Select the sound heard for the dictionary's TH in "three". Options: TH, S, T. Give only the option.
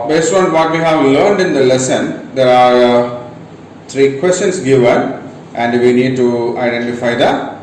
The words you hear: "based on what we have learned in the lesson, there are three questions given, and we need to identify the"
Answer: T